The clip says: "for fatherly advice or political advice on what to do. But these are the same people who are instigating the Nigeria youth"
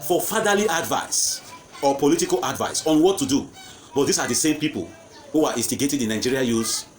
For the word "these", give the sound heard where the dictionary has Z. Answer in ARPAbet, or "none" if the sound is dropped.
S